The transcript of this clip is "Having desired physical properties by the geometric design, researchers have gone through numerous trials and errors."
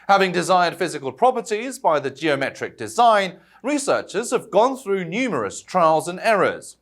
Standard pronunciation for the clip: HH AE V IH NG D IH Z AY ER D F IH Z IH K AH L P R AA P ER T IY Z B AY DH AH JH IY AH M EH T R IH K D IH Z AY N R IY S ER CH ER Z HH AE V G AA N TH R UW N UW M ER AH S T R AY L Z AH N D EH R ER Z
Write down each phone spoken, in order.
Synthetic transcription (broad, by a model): HH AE V IH NG D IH Z AY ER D F IH Z IH K AH L P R AA P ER T IY Z B AY DH AH JH IY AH M EH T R IH K D IH Z AY N R IY S ER CH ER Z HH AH V G AA N TH R UW N UW M ER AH S T R AY L Z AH N EH R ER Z